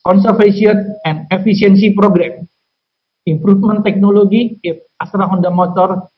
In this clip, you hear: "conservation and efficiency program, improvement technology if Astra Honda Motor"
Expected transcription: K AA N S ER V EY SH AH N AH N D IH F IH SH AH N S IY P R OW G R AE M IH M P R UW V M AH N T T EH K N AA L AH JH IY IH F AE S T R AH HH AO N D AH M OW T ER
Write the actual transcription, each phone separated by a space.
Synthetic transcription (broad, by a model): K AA N S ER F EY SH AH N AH N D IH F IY S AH N S IY P R OW G R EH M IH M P R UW F M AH N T T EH K N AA L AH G IY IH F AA S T R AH HH AO N D AH M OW T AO